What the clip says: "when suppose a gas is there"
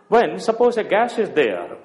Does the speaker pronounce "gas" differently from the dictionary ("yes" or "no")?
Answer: yes